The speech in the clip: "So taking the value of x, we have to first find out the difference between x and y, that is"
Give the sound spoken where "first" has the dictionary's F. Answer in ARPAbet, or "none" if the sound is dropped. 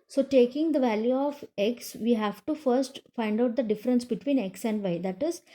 F